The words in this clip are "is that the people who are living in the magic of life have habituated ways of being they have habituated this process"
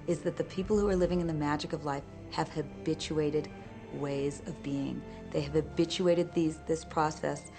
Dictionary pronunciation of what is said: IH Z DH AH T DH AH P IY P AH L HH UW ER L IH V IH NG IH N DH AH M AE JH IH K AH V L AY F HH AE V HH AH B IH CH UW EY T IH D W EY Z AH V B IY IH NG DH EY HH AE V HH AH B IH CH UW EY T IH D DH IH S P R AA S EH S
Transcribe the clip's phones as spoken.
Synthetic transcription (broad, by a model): IH Z DH AH T DH AH P IY P L HH UW ER L IH V IH NG IH N DH AH M AE JH IH K AH V L AY F HH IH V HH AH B IH CH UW EY T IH D W EY Z AH V B IY IH NG DH EY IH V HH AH B IH CH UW EY T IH D DH IH S P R AA S EH S